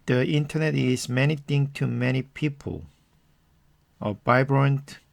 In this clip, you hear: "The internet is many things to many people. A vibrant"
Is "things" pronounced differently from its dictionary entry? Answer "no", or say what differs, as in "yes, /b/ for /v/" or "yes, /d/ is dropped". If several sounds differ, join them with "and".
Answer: yes, /t/ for /θ/ and /z/ is dropped